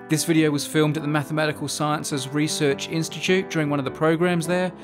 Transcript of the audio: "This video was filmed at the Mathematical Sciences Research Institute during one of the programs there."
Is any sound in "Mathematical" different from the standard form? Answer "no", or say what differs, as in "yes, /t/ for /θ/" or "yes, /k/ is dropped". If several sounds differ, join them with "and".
no